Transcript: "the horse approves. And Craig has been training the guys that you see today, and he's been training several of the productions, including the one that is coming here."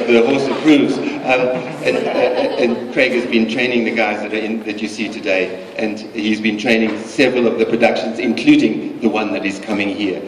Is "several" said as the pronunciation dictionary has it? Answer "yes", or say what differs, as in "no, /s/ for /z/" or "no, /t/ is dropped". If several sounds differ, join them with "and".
yes